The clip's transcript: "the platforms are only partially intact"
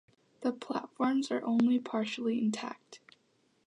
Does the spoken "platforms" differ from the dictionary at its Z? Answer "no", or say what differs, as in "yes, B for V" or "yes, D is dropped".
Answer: no